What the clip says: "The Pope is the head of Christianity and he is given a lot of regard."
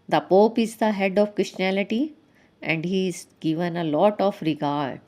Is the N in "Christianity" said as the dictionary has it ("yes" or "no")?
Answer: no